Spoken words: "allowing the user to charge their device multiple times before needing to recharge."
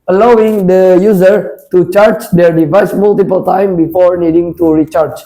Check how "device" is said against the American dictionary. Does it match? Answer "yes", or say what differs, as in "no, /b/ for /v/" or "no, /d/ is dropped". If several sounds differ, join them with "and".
yes